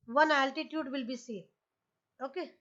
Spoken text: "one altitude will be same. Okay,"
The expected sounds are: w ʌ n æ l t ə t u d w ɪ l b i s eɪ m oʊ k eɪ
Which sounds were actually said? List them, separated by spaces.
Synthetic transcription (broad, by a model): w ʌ n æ l t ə t u d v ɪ l b i s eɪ oʊ k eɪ